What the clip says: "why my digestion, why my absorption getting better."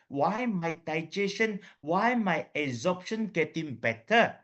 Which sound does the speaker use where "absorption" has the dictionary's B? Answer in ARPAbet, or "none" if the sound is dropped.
none